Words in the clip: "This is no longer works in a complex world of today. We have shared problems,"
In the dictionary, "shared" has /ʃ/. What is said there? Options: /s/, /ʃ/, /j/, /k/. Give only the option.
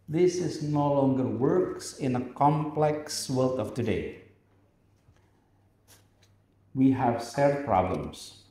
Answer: /s/